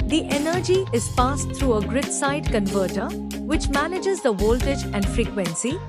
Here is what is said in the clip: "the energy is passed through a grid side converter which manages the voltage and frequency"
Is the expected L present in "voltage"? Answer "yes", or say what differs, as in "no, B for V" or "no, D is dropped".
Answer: yes